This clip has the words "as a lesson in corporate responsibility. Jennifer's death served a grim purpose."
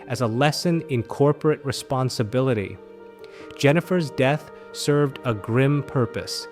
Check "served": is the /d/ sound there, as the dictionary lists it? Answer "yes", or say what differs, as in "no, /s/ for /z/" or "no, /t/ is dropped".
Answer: yes